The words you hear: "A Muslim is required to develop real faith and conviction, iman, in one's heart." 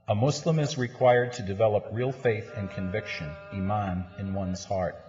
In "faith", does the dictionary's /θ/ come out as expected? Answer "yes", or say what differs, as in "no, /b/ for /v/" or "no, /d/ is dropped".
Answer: yes